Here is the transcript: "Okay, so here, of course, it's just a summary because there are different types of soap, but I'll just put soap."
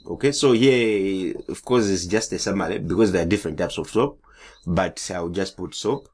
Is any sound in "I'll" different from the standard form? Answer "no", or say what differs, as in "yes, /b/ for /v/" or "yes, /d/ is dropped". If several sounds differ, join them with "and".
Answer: yes, /w/ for /l/